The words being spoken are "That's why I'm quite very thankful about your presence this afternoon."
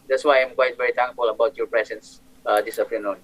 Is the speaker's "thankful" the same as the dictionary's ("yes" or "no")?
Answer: no